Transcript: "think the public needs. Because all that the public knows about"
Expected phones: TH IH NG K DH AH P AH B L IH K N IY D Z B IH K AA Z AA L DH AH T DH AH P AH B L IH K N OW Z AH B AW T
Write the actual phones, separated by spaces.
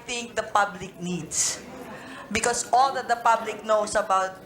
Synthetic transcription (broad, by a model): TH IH NG K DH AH P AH B L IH K N IY D S B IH K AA S AA L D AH T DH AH P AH B L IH K N OW S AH B AW T